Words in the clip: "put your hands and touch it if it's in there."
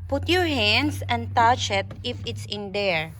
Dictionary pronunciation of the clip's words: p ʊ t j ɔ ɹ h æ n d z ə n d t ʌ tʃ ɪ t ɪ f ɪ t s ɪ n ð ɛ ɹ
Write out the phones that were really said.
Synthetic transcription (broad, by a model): p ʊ t j ɔ ɹ h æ n d s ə n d t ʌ tʃ ɪ t ɪ f ɪ t s ɪ n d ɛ ɹ